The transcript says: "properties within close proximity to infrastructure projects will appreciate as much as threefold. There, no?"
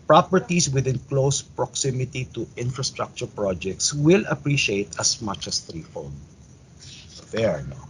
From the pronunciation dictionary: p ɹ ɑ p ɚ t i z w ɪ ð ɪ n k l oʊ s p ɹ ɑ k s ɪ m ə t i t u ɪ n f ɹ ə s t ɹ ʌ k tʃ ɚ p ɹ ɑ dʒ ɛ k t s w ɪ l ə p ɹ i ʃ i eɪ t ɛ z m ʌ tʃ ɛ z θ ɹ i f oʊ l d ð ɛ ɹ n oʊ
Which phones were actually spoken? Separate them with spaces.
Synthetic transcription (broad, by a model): p ɹ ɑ p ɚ t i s w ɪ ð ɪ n k l oʊ s p ɹ ɑ k s ɪ m ə t i t u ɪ n f ɹ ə s t ɹ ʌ k tʃ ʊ p ɹ ɑ dʒ ɛ k t s w ɪ l ə p ɹ i ʃ i eɪ t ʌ s m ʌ tʃ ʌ s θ ɹ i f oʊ n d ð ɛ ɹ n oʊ